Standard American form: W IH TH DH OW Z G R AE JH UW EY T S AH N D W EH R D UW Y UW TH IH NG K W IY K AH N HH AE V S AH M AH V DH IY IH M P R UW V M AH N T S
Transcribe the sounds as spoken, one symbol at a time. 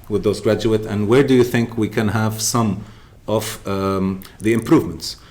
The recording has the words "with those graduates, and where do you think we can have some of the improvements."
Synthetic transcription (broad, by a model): W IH DH OW Z G R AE JH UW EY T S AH N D W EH R D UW Y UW TH IH NG K W IY K AH N HH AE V S AH M AH V DH IY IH M P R UW V M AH N T S